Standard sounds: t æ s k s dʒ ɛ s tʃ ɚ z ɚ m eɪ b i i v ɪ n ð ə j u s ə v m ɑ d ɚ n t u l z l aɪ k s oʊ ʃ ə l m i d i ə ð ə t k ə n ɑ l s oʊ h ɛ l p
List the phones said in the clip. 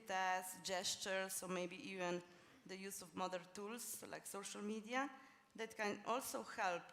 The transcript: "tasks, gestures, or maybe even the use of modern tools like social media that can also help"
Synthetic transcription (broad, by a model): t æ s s dʒ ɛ s tʃ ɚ s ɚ m eɪ b i i v ɪ n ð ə j u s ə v m ɑ d ɚ n t u l s l aɪ k s oʊ ʃ ə l m i d i ə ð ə t k ə n ɑ l s oʊ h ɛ l p